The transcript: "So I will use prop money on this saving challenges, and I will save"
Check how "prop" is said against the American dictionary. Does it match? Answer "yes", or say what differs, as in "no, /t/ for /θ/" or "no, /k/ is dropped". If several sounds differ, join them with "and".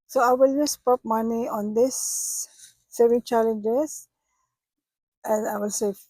no, /ɹ/ is dropped